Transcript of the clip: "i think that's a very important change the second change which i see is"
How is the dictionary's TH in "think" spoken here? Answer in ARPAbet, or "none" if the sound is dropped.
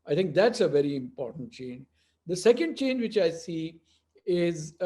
T